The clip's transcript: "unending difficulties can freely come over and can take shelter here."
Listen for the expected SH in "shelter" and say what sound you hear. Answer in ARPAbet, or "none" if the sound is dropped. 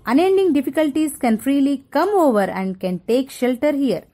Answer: SH